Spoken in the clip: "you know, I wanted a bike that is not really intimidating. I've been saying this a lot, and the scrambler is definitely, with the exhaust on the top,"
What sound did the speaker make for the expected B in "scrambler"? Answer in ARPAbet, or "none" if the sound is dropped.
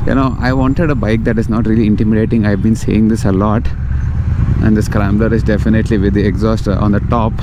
B